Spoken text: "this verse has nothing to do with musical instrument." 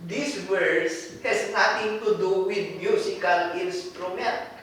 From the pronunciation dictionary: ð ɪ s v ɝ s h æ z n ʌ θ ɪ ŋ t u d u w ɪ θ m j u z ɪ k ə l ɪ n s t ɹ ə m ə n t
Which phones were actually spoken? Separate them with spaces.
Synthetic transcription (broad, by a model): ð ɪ s w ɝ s h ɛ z n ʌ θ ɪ ŋ t u d u w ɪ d m j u s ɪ k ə l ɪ n s t ɹ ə m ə n t